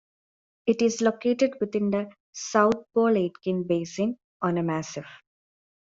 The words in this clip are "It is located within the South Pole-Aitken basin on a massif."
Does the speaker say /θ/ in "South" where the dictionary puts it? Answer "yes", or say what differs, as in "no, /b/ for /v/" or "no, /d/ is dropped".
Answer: no, /t/ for /θ/